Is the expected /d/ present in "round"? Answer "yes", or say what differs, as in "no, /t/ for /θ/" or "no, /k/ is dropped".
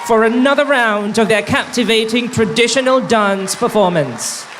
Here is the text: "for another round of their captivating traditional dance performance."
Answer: yes